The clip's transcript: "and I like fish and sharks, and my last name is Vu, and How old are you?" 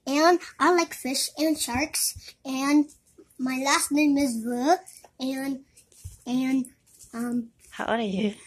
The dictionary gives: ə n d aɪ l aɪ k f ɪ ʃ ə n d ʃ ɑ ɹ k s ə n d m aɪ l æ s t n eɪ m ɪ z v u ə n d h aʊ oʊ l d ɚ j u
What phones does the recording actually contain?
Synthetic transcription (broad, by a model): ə n aɪ l aɪ k f ɪ ʃ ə n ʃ ɑ ɹ k s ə n m aɪ l æ s t n eɪ m ɪ z w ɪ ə n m h aʊ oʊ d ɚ j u